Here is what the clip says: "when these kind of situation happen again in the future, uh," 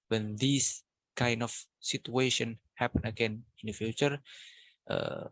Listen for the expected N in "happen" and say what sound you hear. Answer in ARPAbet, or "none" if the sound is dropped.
N